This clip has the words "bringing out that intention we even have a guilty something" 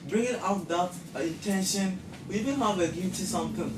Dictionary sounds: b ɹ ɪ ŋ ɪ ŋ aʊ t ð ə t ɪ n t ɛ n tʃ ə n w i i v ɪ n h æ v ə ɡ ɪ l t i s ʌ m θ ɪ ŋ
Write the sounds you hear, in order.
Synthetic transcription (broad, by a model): b ɹ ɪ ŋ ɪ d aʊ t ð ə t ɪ n t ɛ n ʃ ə n w i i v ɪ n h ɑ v ə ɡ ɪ t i s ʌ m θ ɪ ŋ